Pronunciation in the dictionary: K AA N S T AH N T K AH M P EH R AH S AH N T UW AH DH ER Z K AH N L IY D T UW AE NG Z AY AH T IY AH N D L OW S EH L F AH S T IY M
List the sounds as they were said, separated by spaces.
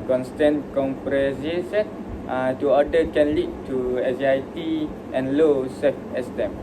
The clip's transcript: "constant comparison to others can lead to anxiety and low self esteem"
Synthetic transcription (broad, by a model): K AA N S T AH N K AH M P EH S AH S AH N T UW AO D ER K AH N L IY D T UW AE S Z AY T IY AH N L OW S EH F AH S T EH M